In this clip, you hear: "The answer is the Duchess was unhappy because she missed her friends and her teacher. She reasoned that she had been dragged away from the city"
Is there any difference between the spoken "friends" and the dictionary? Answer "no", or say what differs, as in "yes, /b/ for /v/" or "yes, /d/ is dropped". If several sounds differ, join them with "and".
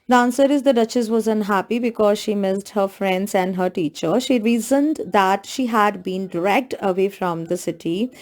no